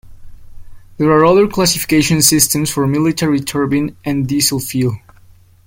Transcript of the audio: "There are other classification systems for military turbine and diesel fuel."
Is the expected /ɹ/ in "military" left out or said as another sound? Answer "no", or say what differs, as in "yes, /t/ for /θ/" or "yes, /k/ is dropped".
no